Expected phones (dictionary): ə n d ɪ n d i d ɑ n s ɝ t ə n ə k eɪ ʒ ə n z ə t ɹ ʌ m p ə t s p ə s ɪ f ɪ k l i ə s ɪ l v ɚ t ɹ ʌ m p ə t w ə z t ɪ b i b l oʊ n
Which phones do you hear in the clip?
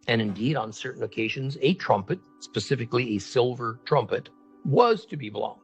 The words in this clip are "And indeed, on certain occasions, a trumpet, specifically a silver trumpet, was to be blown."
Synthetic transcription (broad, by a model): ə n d ɪ n d i d n s ɝ t n ə k eɪ ʒ ə n z ə t ɹ ʌ m p ə t s p ə s ɪ f ɪ k l i ə s ɪ l v ɚ t ɹ ʌ m p ə t w ə z t ɪ b i b l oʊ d